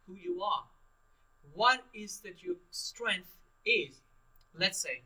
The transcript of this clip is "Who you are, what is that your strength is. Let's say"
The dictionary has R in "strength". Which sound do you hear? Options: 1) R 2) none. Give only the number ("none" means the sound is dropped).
1